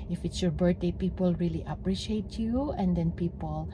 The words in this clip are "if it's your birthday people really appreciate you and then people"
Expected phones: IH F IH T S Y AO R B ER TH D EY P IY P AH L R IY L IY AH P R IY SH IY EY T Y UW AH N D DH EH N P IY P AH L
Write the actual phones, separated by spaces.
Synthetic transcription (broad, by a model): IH F IH T S Y AO R B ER T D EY P IY P AH L R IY L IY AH P R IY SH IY EY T Y UW AH N D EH N P IY P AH L